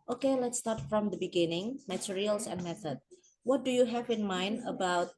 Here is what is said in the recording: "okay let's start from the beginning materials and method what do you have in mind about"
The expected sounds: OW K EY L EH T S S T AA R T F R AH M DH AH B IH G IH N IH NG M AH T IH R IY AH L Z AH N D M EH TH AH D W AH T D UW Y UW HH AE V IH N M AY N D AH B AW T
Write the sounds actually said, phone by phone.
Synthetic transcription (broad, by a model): OW K EY L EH T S S T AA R T F R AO M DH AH B IH G IH N IH NG M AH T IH R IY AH L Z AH N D M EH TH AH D W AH T D UW Y UW HH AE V IH N M AY N D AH B AW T